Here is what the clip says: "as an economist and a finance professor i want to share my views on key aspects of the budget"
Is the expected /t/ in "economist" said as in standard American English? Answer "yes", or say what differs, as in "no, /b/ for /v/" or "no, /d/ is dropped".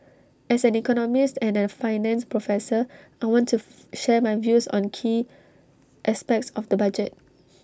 yes